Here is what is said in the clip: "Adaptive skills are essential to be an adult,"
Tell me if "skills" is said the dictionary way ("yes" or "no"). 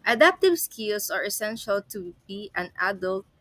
no